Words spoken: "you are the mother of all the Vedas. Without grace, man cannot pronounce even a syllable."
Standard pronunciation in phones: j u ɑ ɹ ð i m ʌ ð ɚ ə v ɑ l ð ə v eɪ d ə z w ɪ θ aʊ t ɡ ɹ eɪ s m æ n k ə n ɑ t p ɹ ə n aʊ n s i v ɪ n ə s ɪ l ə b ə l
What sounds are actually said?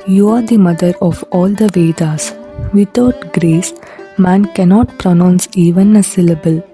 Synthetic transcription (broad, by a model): j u ɑ ɹ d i m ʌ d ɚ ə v ɑ l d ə v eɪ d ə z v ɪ t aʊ t ɡ ɹ eɪ s m æ n k ə n ɑ t p ɹ ə n aʊ n s i v ɪ n ə s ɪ l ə b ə l